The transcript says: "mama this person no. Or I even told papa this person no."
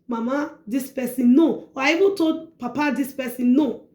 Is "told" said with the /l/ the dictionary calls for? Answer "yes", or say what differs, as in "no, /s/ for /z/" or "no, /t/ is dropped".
no, /l/ is dropped